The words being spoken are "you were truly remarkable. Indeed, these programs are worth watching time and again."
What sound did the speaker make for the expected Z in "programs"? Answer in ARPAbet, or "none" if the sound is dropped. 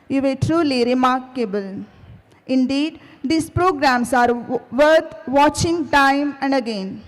S